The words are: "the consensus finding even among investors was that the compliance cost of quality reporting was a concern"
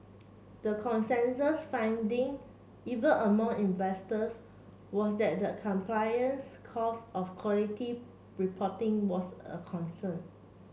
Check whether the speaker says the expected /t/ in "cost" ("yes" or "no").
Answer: no